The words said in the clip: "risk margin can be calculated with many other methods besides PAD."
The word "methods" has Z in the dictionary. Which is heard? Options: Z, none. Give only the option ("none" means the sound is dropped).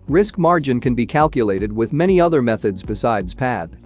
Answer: Z